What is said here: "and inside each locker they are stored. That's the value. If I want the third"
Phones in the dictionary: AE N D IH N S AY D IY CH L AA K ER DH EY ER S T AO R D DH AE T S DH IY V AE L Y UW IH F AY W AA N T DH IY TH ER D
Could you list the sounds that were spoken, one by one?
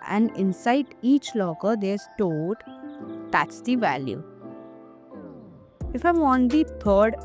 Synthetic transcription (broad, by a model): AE N D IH N S AY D IY CH L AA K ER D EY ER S T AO L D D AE T S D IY V AE L Y UW IH F AY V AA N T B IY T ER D